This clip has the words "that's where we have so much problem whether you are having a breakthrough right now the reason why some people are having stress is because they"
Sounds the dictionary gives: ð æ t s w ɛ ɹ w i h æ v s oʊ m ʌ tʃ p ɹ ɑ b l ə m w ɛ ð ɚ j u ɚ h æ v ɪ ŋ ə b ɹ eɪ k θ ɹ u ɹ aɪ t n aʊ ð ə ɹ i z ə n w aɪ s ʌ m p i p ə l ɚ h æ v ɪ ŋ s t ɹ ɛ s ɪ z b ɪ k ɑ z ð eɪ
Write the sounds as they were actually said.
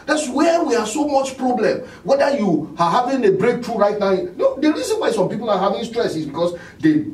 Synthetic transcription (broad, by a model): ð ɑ t s w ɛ w i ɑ s oʊ m ʌ tʃ p ɹ ɑ b l ə m w ɛ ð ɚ j u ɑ h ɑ v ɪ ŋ ə b ɹ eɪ k t ɹ u ɹ aɪ t n aʊ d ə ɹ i s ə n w aɪ s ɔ m p i p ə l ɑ h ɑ v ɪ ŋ s t ɹ ɛ s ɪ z b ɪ k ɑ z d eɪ